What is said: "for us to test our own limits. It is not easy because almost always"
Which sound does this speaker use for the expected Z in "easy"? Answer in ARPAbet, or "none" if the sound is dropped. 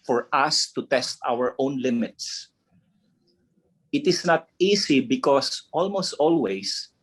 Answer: S